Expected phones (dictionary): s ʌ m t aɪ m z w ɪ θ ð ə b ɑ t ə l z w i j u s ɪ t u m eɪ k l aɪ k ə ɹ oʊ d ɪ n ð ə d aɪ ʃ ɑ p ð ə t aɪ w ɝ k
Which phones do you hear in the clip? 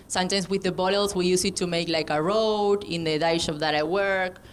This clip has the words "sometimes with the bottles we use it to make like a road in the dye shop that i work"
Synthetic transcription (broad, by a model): s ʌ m t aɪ m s w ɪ ð ə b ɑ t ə l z w i j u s ɪ t u m eɪ k l aɪ k ə ɹ oʊ d ɪ n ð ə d aɪ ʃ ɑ f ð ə t aɪ w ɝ k